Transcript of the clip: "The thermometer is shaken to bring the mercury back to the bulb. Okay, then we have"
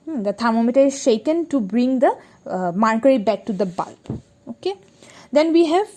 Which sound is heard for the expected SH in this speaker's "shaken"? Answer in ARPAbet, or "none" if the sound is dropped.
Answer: SH